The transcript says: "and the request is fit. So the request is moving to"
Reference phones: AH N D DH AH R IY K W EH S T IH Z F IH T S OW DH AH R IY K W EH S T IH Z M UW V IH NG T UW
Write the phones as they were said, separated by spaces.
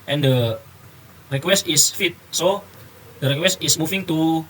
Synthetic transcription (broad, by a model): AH N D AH R IY K W EH S T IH S F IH T S OW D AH R IY K W EH S T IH S M UW F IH NG T UW